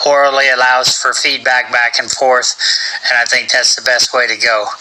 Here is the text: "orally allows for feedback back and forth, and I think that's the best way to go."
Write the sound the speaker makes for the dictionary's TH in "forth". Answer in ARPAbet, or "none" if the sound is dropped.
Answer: TH